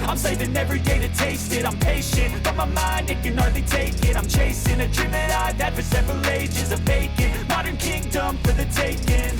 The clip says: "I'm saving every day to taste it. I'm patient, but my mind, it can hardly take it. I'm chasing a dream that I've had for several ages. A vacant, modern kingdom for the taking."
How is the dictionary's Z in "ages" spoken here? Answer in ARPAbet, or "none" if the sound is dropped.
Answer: Z